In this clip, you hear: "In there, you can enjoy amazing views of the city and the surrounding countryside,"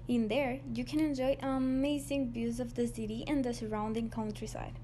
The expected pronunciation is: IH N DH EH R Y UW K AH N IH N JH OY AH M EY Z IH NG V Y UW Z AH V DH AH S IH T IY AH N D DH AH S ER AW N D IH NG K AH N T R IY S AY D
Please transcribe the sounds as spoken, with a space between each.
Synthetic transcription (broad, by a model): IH N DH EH R Y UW K AH N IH N JH OY AH M EY Z IH NG B Y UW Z AH V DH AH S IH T IY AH N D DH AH S ER AW N D IH NG K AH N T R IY S AY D